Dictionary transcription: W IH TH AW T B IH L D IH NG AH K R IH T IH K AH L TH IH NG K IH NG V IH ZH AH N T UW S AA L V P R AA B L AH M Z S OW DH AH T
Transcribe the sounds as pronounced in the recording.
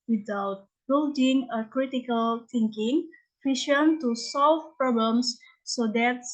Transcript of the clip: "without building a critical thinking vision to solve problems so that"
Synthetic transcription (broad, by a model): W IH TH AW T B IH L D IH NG AH K R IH T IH K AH L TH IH NG K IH NG F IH SH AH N T UW S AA L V P R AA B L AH M S OW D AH T